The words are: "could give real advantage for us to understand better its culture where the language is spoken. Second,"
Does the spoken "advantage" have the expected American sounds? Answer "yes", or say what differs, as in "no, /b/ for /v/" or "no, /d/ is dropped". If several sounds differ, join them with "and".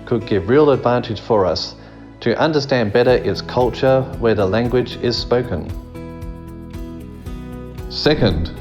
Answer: no, /ʒ/ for /dʒ/